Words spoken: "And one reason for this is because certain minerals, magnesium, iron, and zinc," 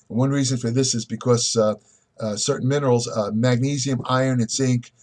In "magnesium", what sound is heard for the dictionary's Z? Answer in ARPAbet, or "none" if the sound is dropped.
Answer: Z